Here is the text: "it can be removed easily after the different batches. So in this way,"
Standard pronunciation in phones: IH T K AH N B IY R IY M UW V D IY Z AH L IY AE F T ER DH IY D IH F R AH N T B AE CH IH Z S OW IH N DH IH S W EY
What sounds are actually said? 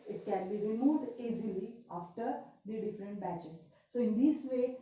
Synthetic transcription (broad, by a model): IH T K AH N B IY R IY M UW V D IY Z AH L IY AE F T ER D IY D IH F R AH N T B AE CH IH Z S OW IH N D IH S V EY